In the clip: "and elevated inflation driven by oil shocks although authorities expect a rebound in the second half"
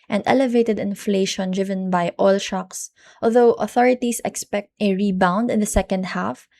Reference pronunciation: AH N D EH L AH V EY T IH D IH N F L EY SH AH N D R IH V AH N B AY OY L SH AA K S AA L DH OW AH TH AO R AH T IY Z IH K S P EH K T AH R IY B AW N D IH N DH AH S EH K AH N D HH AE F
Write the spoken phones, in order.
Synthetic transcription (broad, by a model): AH N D EH L AH V EY T IH D IH N F L EY SH AH N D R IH V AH N B AY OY L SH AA K S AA L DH OW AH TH AO R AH T IY S IH K S P EH K T AH R IY B AW N D IH N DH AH S EH K AH N D HH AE F